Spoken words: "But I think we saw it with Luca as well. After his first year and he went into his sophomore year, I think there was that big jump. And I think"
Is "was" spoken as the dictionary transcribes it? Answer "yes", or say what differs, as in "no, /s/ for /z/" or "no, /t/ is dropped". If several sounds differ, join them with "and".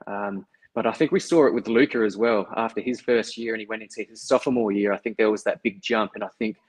yes